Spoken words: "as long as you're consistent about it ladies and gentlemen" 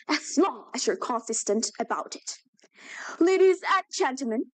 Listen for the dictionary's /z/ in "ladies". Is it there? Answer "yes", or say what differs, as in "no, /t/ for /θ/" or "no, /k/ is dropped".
yes